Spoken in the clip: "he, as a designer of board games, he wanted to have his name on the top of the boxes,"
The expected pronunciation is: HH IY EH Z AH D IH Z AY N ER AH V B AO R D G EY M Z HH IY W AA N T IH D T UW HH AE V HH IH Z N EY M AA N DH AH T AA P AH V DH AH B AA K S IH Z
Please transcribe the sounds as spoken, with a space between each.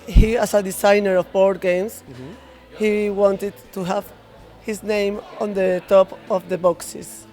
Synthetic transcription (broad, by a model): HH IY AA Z AH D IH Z AY N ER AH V B AO R D G EY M S HH IY W AA N T IH D T UW HH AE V HH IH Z N EY M AA N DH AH T AA P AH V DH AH B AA K S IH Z